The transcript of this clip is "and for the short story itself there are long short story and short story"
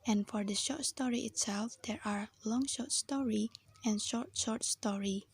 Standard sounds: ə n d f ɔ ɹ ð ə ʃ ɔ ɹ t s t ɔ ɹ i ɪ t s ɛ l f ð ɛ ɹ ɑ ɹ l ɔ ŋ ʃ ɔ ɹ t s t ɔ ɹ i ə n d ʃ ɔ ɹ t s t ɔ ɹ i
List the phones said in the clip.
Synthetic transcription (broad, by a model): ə n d f ɔ ɹ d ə ʃ ɔ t s t ɔ ɹ i ɪ t s ɛ l f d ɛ ɹ ɑ ɹ l ɔ ŋ ʃ ɔ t s t ɔ ɹ i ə n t ʃ ɔ ɹ t s t ɔ ɹ i